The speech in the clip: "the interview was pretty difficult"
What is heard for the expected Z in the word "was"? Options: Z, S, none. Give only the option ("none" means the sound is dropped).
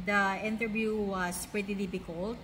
S